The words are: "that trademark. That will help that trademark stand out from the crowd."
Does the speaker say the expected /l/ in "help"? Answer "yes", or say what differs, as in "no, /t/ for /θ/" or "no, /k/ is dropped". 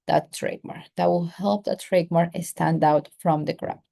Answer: yes